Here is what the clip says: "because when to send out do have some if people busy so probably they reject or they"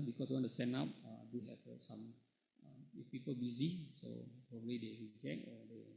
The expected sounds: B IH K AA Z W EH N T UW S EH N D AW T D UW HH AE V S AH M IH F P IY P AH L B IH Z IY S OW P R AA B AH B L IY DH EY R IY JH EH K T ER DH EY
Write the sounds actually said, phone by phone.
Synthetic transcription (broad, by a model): B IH K AA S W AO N T UW S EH N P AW D UW HH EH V S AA M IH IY P IY P AH L B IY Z IY S OW P R AA B AH B L IY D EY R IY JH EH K AO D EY